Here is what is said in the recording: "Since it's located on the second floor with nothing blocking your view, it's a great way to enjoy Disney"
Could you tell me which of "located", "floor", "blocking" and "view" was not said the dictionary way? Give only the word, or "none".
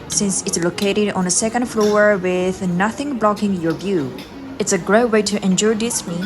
none